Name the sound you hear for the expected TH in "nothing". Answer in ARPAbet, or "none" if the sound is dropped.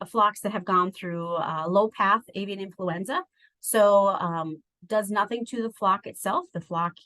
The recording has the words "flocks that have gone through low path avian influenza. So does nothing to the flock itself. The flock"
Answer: TH